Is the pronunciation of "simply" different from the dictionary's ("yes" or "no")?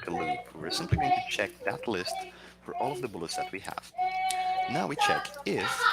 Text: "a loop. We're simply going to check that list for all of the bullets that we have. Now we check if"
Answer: no